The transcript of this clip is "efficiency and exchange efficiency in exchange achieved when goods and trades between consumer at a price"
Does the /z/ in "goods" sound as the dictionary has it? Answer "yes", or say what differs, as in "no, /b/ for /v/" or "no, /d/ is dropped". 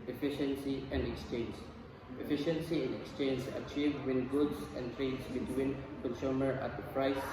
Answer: no, /s/ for /z/